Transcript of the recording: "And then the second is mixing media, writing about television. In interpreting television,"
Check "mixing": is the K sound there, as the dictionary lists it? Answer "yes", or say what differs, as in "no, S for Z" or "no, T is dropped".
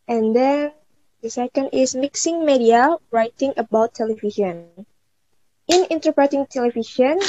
yes